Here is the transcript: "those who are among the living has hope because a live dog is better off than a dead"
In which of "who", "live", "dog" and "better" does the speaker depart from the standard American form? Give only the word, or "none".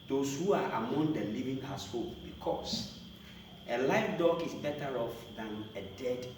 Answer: live